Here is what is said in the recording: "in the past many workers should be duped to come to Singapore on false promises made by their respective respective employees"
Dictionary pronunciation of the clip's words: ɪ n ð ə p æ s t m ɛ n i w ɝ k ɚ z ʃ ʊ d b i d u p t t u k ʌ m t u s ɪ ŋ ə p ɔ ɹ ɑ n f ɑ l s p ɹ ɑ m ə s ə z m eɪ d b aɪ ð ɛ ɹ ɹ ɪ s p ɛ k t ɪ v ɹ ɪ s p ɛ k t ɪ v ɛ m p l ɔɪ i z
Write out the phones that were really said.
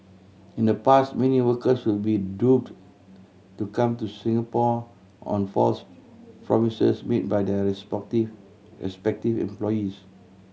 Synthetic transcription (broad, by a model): ɪ n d ə p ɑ s t m ɛ n i w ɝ k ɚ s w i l b i d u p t t u k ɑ m t u s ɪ ŋ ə p ɔ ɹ ɑ n f ɑ l s p ɹ ɑ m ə s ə s m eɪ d b aɪ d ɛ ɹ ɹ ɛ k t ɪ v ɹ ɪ s p ɛ k t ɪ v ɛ m p l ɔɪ i s